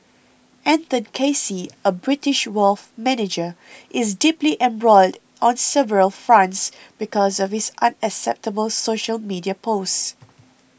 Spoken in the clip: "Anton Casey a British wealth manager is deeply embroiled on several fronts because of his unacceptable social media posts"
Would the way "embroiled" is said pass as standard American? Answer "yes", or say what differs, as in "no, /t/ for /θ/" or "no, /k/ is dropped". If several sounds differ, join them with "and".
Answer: yes